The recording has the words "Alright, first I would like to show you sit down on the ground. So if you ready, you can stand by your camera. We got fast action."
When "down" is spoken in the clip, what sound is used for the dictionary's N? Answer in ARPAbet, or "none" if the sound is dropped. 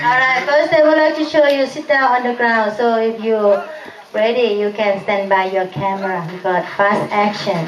none